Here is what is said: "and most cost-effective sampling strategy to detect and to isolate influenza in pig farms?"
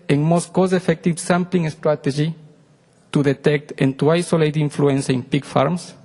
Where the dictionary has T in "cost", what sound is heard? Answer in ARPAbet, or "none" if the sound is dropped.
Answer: none